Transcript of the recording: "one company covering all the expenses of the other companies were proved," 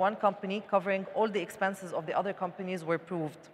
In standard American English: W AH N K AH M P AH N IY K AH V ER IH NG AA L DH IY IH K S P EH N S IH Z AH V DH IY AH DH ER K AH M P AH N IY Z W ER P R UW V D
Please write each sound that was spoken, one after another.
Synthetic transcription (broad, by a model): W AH N K AH M P AH N IY K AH V ER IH NG AA L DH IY IH K S P EH N S IH Z AH V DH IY AH DH ER K AH M P AH N IY Z W ER P R UW V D